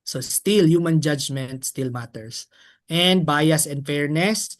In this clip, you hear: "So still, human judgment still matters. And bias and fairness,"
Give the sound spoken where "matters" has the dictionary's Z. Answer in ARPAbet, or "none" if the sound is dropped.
S